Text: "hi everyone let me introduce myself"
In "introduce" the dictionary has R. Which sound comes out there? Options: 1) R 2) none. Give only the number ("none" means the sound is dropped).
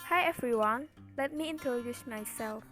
2